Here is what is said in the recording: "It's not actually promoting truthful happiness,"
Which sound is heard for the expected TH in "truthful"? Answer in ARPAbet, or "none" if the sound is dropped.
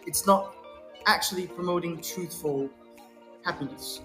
TH